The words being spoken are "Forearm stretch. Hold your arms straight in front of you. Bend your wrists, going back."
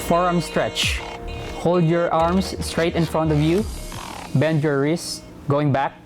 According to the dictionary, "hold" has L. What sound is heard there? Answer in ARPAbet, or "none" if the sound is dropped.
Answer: L